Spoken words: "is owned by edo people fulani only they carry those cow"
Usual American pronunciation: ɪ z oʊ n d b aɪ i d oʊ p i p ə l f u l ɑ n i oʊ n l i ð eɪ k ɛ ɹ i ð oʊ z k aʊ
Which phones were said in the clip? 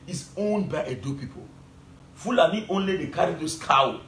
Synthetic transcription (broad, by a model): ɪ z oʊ n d b aɪ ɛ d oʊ p i p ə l f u l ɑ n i oʊ n l i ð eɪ k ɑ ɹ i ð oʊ s k aʊ